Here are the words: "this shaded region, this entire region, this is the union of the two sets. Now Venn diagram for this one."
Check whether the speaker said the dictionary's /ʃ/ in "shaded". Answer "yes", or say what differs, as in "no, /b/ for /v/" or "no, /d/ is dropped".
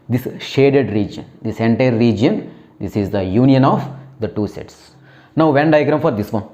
yes